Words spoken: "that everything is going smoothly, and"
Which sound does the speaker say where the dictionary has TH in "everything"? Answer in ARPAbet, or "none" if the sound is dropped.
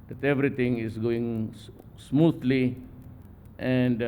T